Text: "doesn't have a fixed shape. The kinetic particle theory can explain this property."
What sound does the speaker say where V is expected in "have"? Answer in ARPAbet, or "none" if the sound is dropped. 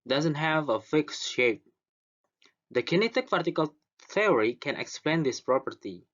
V